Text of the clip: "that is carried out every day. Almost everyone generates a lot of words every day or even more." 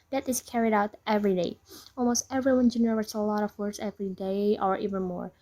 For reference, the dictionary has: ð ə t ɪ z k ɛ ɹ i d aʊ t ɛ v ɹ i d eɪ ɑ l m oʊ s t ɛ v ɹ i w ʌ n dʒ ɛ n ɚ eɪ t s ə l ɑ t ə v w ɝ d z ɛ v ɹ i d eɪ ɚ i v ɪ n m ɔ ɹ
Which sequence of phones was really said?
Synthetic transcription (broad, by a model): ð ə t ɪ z k ɛ ɹ i d aʊ t ɛ v ɹ i d eɪ ɑ l m oʊ s t ɛ v ɹ i w ʌ n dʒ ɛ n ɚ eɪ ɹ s ə l ɑ t ə v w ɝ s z ɛ v ɹ i d eɪ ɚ i v ɪ n m ɔ ɹ